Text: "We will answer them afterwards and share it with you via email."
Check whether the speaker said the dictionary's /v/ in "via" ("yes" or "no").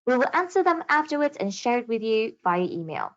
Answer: no